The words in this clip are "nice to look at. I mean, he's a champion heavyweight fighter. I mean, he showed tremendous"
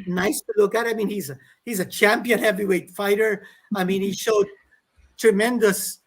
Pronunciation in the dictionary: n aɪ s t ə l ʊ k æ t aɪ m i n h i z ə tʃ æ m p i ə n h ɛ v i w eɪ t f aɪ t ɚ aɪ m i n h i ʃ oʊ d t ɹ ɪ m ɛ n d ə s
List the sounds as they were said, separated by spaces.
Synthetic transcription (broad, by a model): n aɪ s t ə l ʊ k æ t aɪ m i n h i z ə tʃ æ m p i ə n h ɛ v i w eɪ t f aɪ t ɚ aɪ m i n h i ʃ oʊ d t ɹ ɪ m ɛ n d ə s